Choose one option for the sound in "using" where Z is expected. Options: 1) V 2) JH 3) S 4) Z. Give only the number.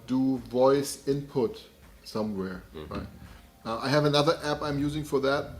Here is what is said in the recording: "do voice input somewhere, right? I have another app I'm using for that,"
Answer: 4